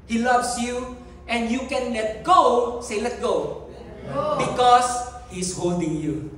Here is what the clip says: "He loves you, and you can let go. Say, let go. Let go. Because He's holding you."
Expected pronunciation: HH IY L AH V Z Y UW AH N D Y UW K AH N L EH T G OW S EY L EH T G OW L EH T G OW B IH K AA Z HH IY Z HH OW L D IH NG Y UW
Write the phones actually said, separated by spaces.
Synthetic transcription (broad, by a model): HH IY L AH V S Y UW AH N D Y UW K AH N L EH T G OW S EY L L EH T G OW B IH K AA S HH IY S HH OW L D IH NG Y UW